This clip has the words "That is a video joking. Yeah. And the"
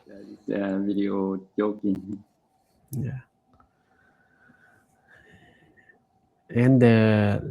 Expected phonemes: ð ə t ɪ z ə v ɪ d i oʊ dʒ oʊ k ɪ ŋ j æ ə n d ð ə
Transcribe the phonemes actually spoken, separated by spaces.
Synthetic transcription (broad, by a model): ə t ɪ s ə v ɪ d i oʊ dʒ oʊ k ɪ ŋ j æ ə n d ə